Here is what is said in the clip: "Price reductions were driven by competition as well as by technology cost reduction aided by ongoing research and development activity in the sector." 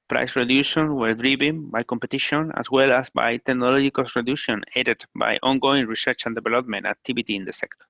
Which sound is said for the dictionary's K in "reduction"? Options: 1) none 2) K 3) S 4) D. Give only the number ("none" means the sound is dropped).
1